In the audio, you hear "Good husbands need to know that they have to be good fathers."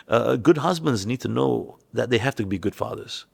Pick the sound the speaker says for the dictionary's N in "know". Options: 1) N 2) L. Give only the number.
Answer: 1